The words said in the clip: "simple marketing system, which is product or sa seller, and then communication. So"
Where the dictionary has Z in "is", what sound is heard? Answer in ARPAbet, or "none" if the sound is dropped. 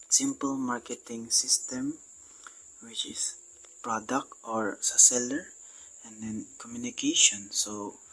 S